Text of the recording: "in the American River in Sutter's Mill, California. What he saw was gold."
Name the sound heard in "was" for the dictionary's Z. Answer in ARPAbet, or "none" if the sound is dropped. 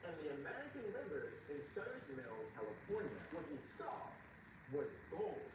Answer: Z